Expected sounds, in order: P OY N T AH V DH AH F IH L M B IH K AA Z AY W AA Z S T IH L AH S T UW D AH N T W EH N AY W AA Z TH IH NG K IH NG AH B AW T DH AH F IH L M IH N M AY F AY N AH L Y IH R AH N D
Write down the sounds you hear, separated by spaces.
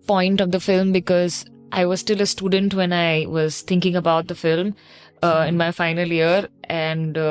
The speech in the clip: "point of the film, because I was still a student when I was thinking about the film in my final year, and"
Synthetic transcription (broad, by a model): P OY N T AH V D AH F IH L M B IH K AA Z AY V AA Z S T IH L AH S T UW D AH N T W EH N AY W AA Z T IH NG K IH NG AH B AW T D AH F IH L M IH N M AY F AY N AH L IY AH R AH N D